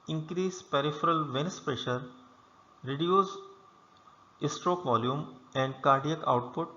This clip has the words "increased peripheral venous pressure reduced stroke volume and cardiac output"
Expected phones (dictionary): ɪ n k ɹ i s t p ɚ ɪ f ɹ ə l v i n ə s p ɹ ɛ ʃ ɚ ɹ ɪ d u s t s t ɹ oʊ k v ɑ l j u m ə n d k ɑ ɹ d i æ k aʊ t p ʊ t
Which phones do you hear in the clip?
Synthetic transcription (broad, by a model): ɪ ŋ k ɹ i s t p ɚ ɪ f ɹ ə l v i n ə s p ɹ ɛ ʃ ɚ ɹ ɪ d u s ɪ s t ɹ oʊ k v ɑ l j u m ə n d k ɑ ɹ d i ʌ k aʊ t p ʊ t